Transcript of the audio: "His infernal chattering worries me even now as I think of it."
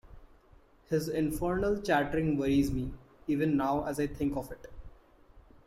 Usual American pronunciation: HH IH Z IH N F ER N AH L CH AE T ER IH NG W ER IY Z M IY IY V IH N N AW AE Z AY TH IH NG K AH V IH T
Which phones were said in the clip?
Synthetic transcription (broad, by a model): HH IH Z IH N F ER N AH L CH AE T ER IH NG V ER IY Z M IY IY V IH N N AW AE Z AY T IH NG K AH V IH T